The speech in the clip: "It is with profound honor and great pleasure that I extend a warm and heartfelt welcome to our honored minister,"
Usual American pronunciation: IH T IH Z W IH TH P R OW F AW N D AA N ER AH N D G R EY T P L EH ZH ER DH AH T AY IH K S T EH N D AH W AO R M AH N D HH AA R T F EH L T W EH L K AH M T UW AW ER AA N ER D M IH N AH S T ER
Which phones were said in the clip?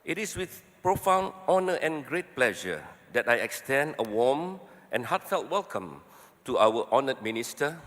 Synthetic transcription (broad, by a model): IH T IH S W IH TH P R OW F AW N AA N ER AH N G R EY T P L EH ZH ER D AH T AY IH K S T EH N D AH W AO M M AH N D HH AA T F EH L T W EH L K AH M T UW AW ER AA N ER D M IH N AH S T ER